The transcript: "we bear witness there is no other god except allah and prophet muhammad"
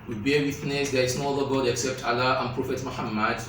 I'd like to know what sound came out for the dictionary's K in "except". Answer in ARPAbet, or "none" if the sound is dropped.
K